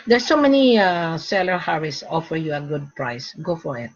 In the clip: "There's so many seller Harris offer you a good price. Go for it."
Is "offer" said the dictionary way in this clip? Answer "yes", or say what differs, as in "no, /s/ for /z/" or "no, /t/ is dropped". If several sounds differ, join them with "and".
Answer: yes